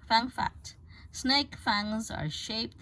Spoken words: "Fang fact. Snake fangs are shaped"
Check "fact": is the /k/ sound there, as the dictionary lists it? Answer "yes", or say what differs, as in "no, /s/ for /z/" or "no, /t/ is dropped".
no, /k/ is dropped